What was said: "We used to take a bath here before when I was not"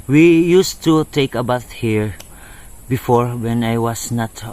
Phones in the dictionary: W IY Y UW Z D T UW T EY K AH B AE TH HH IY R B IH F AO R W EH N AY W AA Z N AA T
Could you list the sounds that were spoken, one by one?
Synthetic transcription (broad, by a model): W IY Y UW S T UW T EY K AH B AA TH HH IY R B IH F AO R W EH N AY W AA S N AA T